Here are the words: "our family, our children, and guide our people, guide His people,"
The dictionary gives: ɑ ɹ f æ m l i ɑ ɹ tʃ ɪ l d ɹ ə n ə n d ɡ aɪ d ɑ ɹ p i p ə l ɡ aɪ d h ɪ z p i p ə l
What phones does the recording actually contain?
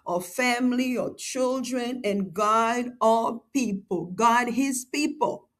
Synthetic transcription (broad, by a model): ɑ f æ m l i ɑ tʃ ɪ l d ɹ ə n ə n ɡ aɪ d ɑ p i p ə l ɡ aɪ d h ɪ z p i p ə l